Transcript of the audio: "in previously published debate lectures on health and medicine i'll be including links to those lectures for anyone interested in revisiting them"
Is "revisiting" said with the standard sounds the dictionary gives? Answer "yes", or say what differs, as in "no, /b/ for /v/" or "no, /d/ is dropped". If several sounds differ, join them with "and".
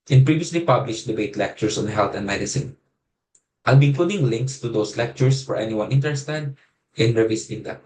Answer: no, /s/ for /z/